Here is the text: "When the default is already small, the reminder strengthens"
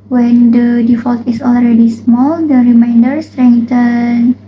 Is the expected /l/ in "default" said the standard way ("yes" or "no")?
yes